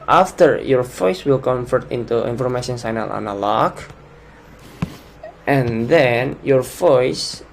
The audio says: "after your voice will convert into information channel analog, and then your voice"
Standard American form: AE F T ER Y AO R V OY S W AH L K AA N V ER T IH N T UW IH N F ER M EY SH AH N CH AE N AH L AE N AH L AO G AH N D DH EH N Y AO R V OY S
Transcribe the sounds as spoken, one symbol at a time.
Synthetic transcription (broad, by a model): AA F T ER Y AO R V OY S W AH L K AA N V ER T IH N T UW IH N F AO M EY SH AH N S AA N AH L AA N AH L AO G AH N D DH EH N Y AO R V OY S